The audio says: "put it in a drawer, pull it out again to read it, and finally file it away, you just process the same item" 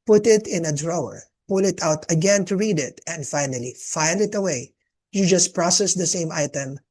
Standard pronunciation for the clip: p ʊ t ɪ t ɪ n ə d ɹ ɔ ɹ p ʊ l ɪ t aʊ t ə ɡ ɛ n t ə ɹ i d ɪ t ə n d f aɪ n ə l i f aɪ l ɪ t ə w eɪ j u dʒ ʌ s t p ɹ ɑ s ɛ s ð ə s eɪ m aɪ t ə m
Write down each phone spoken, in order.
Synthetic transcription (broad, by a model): p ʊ t ɪ t ɪ n ə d ɹ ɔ ɹ p ʊ l ɪ t aʊ t ə ɡ ɛ n t ə ɹ i d ɪ t ə n d f aɪ n ə l i f aɪ l ɪ t ə w eɪ j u dʒ ʌ s t p ɹ ɑ s ɛ s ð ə s eɪ m aɪ t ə m